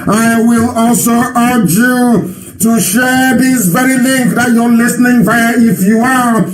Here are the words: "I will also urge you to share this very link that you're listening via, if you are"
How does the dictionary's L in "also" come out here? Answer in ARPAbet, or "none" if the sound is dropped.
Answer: L